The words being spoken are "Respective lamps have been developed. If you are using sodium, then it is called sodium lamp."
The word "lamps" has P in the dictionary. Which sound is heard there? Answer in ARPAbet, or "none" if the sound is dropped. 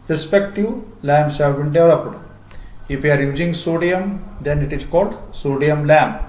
none